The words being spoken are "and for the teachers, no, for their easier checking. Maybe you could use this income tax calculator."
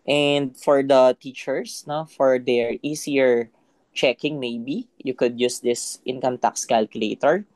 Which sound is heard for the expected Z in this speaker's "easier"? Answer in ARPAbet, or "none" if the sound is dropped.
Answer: S